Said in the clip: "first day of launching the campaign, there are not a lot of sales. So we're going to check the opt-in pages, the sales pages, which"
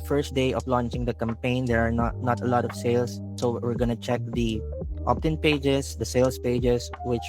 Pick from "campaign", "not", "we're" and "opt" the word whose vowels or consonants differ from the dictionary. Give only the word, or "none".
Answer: none